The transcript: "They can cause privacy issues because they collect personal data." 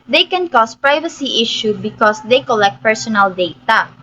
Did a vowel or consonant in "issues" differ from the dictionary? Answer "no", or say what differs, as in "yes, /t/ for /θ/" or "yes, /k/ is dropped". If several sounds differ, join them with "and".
yes, /z/ is dropped